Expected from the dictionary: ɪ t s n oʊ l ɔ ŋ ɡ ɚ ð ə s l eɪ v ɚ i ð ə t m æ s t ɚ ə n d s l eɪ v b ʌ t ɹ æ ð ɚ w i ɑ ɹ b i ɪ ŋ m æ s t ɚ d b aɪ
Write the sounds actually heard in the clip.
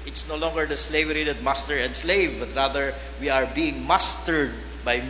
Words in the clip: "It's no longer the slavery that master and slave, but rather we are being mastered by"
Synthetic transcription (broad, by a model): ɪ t s n oʊ l ɔ ŋ ɡ ɚ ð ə s l eɪ v ɚ i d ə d m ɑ s t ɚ ə n d s l eɪ v b ʌ t ɹ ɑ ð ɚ w i ɑ ɹ b i ɪ ŋ m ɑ s t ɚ d b aɪ